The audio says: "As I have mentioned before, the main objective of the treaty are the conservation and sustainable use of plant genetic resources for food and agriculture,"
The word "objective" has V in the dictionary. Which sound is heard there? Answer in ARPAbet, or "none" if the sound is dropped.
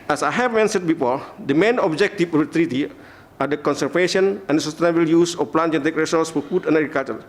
F